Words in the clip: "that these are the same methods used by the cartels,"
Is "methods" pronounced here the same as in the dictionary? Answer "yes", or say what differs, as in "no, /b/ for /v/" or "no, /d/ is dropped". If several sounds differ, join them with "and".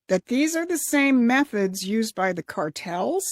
yes